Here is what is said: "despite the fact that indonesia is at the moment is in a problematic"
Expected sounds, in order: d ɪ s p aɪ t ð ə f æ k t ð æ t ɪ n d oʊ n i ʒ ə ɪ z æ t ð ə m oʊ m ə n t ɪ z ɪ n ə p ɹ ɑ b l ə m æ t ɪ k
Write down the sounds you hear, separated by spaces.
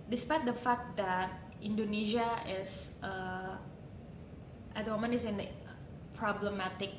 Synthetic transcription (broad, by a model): d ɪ s p aɪ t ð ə f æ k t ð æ t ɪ n d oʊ n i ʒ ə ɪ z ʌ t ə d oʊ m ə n ɪ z ɪ n p ɹ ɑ b l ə m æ t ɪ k